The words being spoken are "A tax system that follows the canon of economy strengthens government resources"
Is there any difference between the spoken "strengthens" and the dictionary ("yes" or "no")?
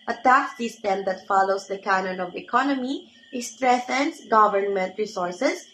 yes